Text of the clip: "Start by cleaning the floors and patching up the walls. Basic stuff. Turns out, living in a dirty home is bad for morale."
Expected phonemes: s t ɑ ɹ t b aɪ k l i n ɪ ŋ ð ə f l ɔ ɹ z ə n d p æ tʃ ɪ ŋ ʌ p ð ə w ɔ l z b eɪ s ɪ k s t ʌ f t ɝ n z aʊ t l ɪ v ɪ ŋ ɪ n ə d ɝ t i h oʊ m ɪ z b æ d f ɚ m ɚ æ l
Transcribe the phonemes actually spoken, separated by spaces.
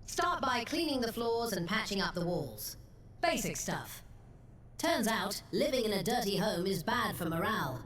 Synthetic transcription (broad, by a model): s t ɑ ɹ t b aɪ k l i n ɪ ŋ ð ə f l ɔ ɹ z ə n p æ tʃ ɪ ŋ ʌ p ð ə w ɔ l z b eɪ s ɪ k s t ʌ f t ɝ n z aʊ t l ɪ v ɪ ŋ ɪ n ə d ɝ t i h oʊ m ɪ z b æ d f ɚ m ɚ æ l